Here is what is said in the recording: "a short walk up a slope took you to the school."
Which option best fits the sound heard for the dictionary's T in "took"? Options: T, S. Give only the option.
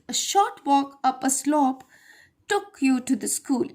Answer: T